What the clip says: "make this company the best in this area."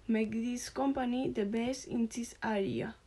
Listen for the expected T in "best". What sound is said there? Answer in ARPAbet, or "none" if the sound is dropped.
none